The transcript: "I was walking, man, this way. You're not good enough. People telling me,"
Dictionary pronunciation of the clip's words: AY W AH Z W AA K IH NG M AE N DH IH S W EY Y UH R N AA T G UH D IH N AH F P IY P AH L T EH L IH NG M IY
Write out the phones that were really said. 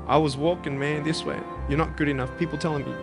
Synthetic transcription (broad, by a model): AY W AH Z W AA K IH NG M AE N DH IH S W EY Y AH R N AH T G UH D IH N AH F P IY P L T EH L IH NG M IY